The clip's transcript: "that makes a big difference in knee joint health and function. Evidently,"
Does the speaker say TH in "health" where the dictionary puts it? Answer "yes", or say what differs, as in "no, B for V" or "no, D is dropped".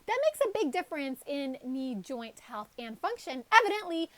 yes